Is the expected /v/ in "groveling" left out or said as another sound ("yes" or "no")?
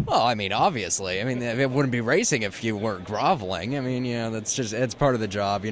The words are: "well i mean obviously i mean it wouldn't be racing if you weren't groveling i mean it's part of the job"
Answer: no